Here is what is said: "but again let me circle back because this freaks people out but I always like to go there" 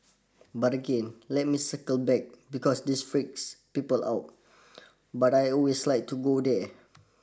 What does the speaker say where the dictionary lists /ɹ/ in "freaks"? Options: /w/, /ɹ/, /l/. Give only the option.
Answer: /ɹ/